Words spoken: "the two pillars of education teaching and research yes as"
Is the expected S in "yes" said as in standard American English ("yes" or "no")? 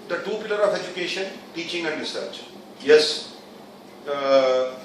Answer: yes